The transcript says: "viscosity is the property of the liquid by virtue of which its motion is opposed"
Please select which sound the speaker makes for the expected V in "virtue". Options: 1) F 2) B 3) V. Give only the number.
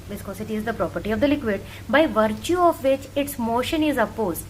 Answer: 3